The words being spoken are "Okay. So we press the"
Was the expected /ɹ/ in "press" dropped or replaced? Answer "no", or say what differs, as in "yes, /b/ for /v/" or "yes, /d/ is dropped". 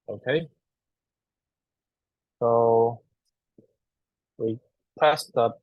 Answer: yes, /ɹ/ is dropped